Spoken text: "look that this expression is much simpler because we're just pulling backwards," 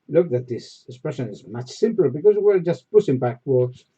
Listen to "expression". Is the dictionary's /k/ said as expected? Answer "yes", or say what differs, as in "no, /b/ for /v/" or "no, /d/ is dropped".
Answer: yes